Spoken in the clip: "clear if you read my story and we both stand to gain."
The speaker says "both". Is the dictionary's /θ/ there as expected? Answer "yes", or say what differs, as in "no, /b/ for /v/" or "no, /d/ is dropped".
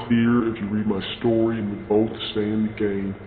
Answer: yes